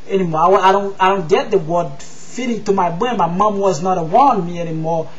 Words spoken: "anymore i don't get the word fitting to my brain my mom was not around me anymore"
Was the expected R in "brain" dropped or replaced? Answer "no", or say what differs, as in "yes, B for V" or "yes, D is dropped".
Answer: yes, R is dropped